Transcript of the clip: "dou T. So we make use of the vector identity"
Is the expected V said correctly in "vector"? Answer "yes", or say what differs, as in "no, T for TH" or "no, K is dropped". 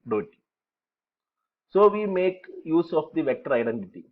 yes